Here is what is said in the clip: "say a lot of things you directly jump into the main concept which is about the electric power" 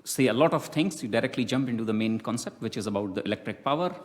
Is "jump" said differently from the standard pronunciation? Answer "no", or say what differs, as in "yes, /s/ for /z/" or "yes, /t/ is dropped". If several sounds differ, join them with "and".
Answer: no